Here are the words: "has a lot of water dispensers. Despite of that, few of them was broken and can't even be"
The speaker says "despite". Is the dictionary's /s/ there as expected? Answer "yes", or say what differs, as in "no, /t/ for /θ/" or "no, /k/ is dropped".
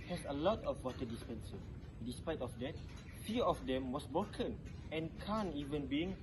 yes